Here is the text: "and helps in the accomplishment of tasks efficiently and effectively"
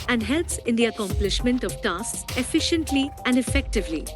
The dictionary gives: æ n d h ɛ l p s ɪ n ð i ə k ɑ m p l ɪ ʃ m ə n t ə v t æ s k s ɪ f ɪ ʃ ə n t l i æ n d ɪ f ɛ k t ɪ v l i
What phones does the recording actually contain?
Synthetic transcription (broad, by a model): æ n d h ɛ l p s ɪ n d i ə k ɑ m p l ɪ ʃ m ə n t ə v t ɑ s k s ɪ f ɪ ʃ ə n t l i æ n d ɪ f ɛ k t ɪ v l i